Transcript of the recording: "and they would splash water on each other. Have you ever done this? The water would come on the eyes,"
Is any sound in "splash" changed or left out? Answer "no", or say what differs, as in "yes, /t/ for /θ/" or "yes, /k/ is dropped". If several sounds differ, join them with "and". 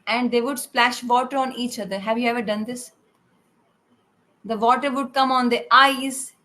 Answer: no